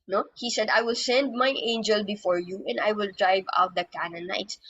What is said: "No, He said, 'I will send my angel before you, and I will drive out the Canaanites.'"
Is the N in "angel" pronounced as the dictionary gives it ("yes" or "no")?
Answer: yes